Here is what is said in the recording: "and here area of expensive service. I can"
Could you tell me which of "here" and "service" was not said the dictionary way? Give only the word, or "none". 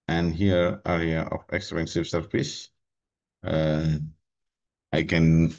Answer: service